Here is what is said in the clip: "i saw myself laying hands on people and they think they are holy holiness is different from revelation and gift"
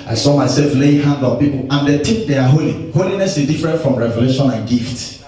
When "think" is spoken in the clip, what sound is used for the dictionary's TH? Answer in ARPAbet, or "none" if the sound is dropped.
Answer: T